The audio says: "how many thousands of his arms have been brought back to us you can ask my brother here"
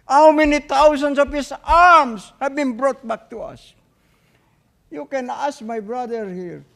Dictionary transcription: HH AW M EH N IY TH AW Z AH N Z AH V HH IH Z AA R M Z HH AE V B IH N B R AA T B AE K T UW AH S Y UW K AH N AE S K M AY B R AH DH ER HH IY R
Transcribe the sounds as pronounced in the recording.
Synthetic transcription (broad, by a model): HH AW M EH N IY T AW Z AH N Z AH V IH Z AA R M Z HH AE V B IH N B R AA T B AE K T UW AH S Y UW K AH N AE S K M AY B R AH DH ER HH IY R